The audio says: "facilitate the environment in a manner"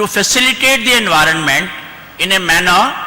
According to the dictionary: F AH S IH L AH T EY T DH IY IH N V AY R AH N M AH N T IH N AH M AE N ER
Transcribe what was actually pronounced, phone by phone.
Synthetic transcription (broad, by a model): F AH S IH L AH T EY T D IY IH N V AY R AH N M AH N T IH N AH M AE N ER